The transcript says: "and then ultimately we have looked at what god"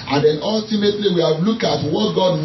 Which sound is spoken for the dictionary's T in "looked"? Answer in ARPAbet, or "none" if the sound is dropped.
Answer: none